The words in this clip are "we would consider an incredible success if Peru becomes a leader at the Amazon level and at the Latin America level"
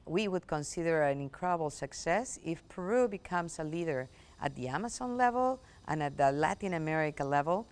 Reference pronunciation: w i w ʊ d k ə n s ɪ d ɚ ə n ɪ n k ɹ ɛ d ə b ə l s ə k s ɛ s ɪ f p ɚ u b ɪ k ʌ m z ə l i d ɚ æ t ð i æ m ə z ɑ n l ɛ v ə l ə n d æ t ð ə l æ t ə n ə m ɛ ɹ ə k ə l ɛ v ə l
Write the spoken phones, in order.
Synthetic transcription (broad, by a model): w i w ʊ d k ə n s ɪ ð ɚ ə n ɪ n k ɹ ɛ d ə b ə l s ə k s ɛ s ɪ f p ɚ u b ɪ k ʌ m s ə l i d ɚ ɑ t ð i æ m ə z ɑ n l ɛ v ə l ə n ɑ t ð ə l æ t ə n ə m ɛ ɹ ə k ə l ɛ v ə l